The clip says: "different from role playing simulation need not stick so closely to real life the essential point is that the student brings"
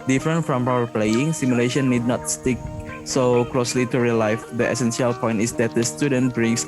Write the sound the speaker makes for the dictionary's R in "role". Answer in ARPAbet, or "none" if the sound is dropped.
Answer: W